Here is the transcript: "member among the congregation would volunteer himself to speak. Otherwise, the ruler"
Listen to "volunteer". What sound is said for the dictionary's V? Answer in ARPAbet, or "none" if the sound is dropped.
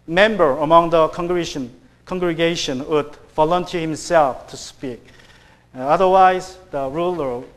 F